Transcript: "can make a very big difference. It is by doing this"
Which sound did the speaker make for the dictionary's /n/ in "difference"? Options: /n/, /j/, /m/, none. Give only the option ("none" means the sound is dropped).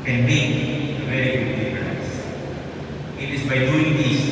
none